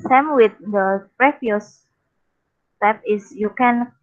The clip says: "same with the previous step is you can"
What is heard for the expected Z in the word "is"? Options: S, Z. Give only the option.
S